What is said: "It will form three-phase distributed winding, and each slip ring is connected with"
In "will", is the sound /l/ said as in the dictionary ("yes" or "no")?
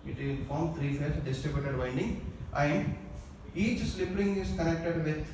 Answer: no